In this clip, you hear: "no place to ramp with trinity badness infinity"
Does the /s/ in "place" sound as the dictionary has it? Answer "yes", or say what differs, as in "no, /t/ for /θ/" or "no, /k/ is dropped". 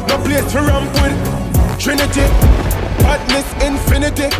no, /s/ is dropped